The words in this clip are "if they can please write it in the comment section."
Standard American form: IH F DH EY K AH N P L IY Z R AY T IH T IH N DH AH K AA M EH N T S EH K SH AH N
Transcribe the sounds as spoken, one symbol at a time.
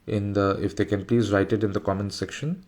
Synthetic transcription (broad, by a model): IH F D EY K AH N P L IY Z R AY T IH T IH N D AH K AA M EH N S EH K SH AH N